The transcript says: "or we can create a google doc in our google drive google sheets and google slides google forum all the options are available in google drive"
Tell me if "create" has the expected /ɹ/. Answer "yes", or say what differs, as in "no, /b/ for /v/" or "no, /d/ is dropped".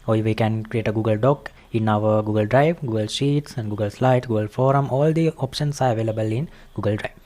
yes